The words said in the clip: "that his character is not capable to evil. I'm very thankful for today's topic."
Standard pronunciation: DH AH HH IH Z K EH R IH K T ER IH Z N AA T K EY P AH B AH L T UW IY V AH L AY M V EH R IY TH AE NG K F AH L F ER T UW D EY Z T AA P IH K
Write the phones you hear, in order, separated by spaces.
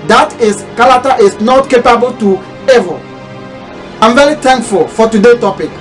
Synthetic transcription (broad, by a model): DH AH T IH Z K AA L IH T T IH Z N AA T K EY P AH B AH L T UW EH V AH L AY M V EH R IY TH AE NG K F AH L F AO T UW D EY T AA P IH K